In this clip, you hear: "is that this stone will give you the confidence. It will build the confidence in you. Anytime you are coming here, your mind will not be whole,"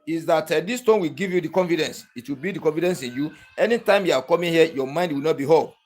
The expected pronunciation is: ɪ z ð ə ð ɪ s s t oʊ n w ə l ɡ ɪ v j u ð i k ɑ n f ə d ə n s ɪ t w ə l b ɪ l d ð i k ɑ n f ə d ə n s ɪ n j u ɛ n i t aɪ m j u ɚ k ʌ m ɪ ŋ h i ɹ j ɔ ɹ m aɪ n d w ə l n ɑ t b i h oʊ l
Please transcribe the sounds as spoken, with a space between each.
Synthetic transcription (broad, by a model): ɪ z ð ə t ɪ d s t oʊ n w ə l ɡ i v j u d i k ɑ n f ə d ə n s ɪ t w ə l b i d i k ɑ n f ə d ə n s ɪ n j u ɛ n i t aɪ m j u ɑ k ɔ m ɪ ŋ h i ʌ j ɔ m aɪ n d w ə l n ɑ t b i h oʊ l